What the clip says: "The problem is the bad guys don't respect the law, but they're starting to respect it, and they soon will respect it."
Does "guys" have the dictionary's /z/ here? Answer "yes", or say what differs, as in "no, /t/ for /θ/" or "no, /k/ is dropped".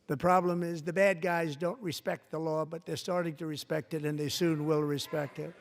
yes